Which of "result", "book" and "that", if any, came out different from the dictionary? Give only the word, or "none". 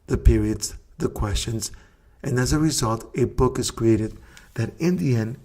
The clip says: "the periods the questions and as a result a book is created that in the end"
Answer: none